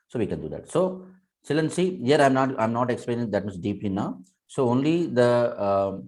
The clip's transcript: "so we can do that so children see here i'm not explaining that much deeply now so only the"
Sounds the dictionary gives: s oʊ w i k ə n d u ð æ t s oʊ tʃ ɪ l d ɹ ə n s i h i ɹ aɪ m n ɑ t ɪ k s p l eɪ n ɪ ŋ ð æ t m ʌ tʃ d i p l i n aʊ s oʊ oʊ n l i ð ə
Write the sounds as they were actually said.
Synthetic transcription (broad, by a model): s oʊ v i k ə n d u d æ t s oʊ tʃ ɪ l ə n s i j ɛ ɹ aɪ m n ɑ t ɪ k s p l eɪ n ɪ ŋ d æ t m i s d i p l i n aʊ s oʊ oʊ n l i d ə